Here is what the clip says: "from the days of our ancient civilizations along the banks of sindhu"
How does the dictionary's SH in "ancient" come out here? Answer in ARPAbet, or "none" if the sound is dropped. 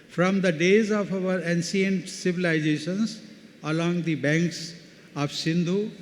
S